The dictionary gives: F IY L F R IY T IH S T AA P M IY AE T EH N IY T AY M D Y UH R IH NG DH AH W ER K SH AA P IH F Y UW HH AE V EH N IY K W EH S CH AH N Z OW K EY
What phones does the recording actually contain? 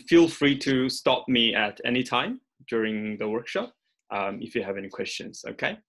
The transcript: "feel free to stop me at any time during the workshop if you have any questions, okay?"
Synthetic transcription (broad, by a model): F IY L F R IY T IH S T AA P M IY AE T EH N IY T AY M D Y UH R IH NG DH AH W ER K SH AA P IH F Y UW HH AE V EH N IY K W EH S CH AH N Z OW K EY